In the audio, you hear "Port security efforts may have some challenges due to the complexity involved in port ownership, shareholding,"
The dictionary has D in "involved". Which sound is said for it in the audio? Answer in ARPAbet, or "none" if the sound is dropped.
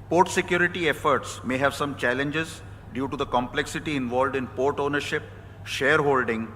D